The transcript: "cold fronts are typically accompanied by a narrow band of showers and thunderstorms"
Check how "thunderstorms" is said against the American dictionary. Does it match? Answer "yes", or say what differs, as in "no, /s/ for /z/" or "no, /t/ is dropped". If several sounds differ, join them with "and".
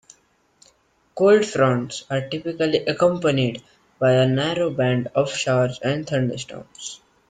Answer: no, /t/ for /θ/